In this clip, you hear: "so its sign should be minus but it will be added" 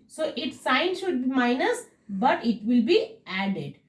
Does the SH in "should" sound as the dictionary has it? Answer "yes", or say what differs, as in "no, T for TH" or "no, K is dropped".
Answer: yes